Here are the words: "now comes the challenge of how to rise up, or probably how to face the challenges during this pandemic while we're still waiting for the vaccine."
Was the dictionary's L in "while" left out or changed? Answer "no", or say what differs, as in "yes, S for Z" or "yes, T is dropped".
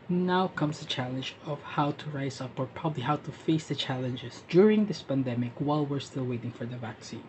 no